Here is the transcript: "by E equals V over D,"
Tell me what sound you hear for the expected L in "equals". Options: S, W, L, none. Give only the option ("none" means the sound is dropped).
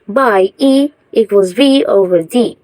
none